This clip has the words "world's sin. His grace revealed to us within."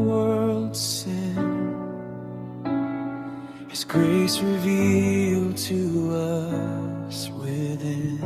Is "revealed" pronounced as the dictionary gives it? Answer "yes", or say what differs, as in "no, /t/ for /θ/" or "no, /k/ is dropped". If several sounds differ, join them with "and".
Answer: yes